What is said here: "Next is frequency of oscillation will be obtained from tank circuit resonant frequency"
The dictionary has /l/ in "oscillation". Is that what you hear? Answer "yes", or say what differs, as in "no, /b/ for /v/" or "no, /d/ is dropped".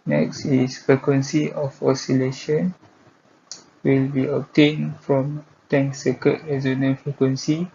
yes